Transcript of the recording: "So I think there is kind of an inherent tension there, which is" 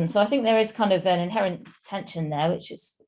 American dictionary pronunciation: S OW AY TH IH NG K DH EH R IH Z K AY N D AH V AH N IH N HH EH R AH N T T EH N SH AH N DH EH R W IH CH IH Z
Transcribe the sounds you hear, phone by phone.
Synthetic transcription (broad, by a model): S OW AY TH IH NG K DH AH R IH Z K AY N D AH V AH N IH N HH EH R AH N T T EH N SH AH N DH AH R W IH CH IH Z